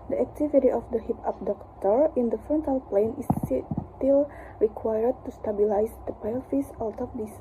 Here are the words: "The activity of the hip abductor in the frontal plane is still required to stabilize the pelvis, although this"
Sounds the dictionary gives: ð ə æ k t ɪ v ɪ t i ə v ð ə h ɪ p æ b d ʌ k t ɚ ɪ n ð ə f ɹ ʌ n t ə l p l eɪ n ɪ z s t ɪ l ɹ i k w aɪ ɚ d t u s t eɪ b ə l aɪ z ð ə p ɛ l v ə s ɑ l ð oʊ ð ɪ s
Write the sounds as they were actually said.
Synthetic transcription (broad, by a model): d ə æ k t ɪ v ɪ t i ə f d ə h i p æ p d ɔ k t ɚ ɪ n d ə f ɹ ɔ n t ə l p l eɪ n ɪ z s t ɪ l ɹ i k w aɪ ɚ d t u s t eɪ b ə l aɪ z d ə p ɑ l f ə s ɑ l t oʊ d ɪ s